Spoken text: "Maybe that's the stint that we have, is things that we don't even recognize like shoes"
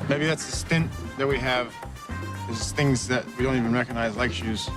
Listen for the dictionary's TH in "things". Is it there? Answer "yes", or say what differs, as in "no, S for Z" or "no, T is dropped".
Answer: yes